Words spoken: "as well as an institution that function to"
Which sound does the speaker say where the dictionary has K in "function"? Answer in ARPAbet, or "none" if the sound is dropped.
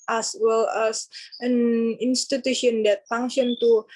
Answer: none